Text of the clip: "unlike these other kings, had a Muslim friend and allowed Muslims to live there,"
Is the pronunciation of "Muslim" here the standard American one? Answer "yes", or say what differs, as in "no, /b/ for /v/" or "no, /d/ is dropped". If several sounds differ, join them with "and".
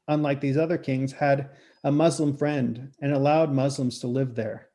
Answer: yes